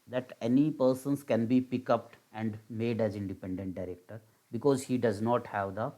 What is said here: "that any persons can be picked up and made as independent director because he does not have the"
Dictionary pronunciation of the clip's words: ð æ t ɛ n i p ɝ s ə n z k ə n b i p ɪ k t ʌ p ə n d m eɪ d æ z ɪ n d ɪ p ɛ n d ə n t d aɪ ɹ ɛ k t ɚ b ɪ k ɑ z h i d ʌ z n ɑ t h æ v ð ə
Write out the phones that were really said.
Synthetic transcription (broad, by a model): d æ t ɛ n i p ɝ s ə n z k ə n b i p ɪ k ʌ p ə n d m eɪ d æ z ɪ n d ɪ p ɛ n d ə n t d aɪ ɹ ɛ k t ɚ b ɪ k ɑ z h i d ʌ z n ɑ t h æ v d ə